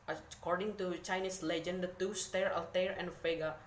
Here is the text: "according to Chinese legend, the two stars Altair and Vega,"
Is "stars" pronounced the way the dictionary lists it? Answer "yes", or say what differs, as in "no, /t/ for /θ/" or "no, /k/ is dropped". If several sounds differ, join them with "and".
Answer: no, /z/ is dropped